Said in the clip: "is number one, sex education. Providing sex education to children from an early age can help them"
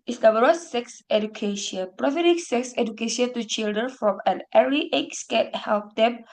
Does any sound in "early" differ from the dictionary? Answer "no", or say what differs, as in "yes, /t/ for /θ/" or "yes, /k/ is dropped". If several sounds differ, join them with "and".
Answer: yes, /l/ is dropped